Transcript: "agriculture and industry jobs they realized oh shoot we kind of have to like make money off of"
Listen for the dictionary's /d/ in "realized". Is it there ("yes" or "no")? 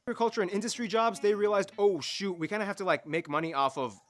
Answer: yes